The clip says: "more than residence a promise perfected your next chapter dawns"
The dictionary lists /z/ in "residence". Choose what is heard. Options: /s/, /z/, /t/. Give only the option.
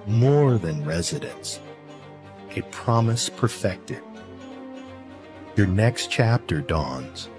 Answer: /z/